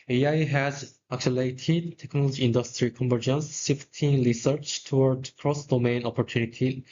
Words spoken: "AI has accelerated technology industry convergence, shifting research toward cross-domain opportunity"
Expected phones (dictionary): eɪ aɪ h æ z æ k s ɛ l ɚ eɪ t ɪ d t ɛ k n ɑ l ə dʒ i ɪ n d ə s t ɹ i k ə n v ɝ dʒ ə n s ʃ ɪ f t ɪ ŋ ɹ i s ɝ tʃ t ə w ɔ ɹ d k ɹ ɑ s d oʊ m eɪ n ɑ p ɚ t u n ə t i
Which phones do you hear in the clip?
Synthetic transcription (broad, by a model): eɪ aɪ h æ z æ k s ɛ l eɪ t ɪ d t ɛ k n ɑ l ə dʒ i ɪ n d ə s t ɹ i k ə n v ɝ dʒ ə n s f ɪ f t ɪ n ɹ i s ɝ tʃ t ə w ɔ ɹ d k ɹ ɑ s d oʊ m eɪ n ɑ p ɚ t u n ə t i